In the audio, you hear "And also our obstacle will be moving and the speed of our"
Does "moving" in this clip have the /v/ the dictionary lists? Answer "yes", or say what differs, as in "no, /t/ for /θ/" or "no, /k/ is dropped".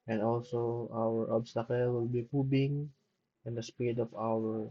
no, /b/ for /v/